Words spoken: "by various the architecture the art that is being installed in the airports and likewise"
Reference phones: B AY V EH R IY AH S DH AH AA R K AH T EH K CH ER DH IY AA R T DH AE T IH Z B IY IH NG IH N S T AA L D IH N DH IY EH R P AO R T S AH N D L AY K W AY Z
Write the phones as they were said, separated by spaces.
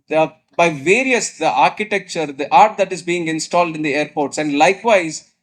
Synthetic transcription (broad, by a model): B AY V EH R IY AH S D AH AA R K AH T EH K CH ER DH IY AA R T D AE T IH Z B IY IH NG IH N S T AA L D IH N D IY EH R P AO R T S AH N D L AY K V AY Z